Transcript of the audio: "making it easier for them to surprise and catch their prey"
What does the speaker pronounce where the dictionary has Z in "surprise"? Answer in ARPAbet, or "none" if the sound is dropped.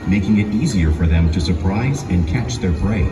Z